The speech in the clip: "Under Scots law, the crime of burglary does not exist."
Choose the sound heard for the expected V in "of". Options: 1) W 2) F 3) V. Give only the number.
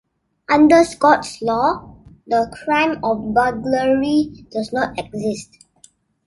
2